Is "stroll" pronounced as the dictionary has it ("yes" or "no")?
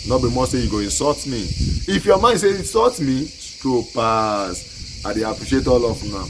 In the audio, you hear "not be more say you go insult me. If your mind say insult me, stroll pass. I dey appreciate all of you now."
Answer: no